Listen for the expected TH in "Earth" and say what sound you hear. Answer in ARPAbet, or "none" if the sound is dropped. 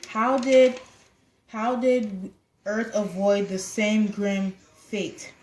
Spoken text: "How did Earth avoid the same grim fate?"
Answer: TH